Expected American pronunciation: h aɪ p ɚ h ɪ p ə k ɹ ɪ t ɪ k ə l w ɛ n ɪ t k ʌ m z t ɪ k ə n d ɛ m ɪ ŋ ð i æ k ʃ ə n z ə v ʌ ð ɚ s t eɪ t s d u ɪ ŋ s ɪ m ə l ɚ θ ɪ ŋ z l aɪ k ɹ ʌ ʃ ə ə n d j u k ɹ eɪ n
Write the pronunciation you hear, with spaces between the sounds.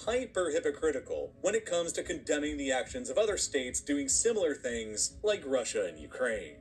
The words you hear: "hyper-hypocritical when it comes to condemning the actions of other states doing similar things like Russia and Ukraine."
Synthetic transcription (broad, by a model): h aɪ p ɚ h ɪ p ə k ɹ ɪ t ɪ k l w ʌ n ɪ t k ʌ m z t ɪ k ə n d ɛ m ɪ ŋ ð i æ k ʃ ə n z ə v ʌ ð ɚ s t eɪ t s d u ɪ ŋ s ɪ m l ɚ θ ɪ ŋ z l aɪ k ɹ ʌ ʃ ə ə n j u k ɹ eɪ n